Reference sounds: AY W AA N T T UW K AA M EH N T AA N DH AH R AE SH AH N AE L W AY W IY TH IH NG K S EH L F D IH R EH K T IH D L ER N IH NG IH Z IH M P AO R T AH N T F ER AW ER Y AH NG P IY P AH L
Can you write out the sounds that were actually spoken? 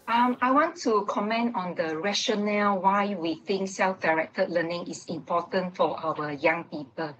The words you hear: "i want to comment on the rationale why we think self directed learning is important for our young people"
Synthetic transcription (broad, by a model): AY W AA N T T UW K AA M EH N T AA N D AH R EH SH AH N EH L W AY W IY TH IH NG K S EH L F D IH R EH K T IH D L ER N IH NG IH S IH M P AO T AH N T F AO AW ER Y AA NG P IY P AH L